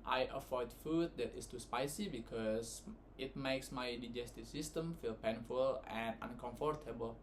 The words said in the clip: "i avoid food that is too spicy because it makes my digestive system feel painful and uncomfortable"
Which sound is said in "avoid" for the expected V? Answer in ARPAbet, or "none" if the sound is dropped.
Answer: F